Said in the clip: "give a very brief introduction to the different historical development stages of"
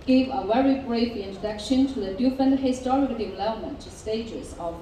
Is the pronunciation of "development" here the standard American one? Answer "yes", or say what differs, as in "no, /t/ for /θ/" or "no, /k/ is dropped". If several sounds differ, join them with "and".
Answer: no, /p/ is dropped